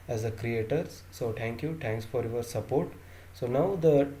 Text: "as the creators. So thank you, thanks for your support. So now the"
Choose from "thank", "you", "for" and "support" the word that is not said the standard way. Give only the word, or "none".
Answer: thank